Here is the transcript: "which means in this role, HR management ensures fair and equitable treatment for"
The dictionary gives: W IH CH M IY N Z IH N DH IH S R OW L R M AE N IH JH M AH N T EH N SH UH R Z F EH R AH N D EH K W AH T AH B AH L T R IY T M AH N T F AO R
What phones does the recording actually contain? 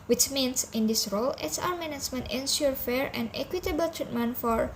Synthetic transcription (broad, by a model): W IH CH M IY N S IH N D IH S R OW L W M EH N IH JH M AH N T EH N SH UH R F EH R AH N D EH K W AH T AH B AH L T R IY T M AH N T F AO R